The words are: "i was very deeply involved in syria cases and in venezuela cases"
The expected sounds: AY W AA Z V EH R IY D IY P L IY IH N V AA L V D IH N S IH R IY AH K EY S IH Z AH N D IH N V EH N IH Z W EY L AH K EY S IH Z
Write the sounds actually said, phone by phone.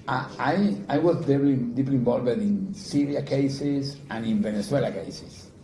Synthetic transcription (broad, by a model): AY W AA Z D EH L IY D IY P L IY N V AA L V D IH N S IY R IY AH K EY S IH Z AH N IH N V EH N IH S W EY L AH K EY S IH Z